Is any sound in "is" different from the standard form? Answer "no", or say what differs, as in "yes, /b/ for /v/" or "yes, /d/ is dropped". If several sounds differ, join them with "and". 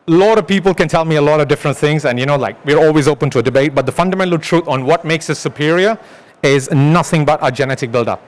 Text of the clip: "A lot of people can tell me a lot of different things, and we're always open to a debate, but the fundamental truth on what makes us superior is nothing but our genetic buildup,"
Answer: no